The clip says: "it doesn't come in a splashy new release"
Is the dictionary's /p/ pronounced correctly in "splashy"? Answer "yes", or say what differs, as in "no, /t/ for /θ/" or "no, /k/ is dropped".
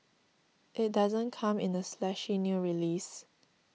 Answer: no, /p/ is dropped